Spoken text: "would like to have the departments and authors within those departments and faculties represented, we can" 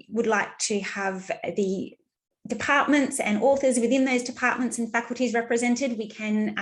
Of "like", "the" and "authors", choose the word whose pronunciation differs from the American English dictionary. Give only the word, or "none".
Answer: none